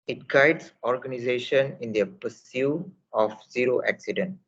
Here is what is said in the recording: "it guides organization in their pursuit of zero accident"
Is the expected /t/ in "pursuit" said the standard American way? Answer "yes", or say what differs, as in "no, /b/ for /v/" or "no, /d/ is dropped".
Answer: no, /t/ is dropped